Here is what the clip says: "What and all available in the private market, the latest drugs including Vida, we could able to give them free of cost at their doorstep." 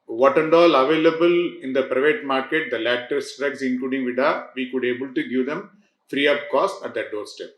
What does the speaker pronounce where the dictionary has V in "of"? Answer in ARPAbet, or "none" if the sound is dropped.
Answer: P